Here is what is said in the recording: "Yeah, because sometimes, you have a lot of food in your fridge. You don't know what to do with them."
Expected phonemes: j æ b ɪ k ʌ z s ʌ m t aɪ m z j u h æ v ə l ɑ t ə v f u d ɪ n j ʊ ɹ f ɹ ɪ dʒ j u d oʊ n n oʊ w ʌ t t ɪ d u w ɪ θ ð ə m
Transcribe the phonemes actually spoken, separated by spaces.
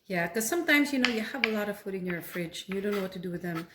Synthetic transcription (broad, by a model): j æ k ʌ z s ʌ m t aɪ m z j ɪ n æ v ə l ɑ t ə v f u d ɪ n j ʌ ɹ f ɹ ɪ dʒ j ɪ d oʊ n n oʊ w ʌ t t ɪ d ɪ w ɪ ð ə m